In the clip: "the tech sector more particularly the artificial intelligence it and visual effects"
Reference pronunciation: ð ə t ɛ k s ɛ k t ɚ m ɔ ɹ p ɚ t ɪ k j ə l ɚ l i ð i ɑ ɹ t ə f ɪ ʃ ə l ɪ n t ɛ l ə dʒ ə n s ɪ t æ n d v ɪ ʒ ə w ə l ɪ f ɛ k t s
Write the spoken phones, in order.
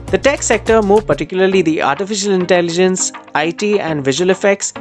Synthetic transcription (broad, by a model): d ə t ɛ k s ɛ k t ɚ m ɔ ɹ p ɚ t ɪ k j ə l ɚ l i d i ɑ ɹ t ə f ɪ ʃ ə l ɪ n t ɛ l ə dʒ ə n s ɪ t æ n d v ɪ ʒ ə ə l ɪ f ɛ k t s